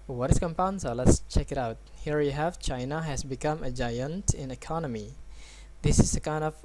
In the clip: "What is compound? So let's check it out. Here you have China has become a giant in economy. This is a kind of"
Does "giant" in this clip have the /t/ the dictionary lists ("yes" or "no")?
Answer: yes